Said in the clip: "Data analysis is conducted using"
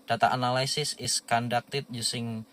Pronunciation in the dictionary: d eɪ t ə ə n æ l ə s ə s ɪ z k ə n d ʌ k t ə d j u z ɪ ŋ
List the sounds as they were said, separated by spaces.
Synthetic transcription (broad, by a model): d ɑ t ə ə n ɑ l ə s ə s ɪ s k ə n d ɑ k t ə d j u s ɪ ŋ